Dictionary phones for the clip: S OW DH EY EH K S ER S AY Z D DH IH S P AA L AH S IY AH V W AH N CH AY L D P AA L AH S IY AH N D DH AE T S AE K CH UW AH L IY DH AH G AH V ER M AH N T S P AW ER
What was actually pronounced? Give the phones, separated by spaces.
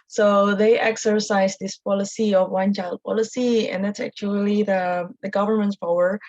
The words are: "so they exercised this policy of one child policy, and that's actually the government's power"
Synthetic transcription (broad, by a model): S OW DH EY EH K S ER S AY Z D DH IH S P AA L AH S IY AH V W AH N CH AY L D P AA L AH S IY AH N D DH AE T S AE K CH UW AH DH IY DH AH G AH V ER M AH N T S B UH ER